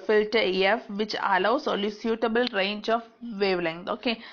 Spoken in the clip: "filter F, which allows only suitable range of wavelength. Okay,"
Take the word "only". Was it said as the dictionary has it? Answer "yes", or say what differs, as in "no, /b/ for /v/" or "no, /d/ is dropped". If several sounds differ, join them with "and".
no, /n/ is dropped